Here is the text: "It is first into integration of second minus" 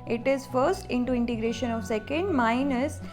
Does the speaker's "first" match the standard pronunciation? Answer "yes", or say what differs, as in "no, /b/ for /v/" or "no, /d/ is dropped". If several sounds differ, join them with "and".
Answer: yes